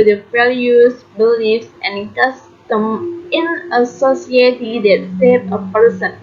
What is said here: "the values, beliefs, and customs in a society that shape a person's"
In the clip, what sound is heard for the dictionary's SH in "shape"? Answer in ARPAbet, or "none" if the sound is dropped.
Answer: S